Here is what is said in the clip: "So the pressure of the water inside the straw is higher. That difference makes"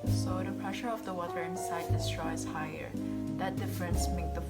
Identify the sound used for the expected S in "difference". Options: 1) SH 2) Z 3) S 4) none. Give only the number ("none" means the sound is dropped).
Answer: 3